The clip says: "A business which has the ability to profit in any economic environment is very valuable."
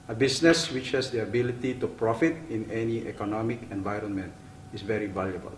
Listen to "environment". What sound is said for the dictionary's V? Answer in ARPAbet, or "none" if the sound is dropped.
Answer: V